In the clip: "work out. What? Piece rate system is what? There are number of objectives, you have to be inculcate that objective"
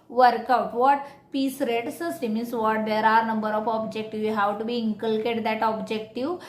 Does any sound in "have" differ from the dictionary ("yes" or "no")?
yes